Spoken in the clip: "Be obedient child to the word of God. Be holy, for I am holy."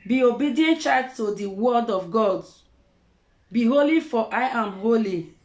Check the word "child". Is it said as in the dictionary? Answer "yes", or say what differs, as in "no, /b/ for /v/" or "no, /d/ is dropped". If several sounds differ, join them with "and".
no, /l/ is dropped